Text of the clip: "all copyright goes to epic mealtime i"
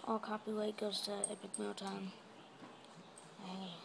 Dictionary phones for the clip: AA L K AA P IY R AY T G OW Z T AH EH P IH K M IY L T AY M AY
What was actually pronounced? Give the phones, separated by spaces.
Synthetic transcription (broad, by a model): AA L K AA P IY W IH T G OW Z T AH EH P IH K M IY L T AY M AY